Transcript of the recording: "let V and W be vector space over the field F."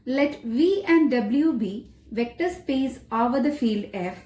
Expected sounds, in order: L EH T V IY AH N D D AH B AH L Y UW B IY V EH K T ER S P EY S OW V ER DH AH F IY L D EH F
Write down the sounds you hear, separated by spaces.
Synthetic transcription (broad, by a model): L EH T V IY AH N D D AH B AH L Y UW B IY V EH K T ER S P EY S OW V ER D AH F IY L D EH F